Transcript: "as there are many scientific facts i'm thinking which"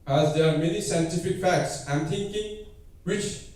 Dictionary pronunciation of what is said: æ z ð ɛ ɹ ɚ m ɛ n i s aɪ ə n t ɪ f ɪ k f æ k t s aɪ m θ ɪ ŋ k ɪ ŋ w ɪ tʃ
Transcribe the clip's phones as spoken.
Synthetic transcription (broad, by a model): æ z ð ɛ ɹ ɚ m ɛ n i s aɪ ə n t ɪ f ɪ k f æ k t s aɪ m t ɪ ŋ k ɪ ŋ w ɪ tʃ